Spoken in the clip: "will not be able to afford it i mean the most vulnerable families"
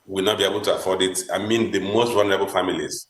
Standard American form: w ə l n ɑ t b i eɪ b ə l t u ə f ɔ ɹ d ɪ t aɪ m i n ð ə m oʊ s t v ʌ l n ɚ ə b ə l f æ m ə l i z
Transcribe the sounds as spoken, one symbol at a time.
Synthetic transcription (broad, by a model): w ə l n ɑ t b i eɪ b ə l t u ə f ɔ d ɪ t aɪ m i n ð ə m oʊ s t w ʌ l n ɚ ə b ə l f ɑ m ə l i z